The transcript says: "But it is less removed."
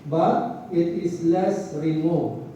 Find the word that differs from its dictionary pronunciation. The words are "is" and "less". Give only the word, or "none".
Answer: is